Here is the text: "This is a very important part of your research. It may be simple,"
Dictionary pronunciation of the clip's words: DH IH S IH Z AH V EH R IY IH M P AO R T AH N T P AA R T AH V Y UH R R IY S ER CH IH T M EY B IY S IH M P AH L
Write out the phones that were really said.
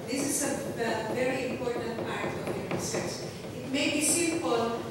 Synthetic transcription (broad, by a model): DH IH S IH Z AH V EH R IY IH M P AO R T AH N T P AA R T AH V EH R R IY S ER S IH T M EY B IY S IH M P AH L